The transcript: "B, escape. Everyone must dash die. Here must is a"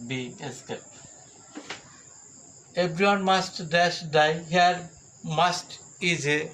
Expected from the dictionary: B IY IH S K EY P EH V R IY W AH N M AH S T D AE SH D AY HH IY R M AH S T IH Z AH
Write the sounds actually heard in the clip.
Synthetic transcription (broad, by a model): B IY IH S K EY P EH B R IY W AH N M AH S T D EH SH D AY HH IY R M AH S T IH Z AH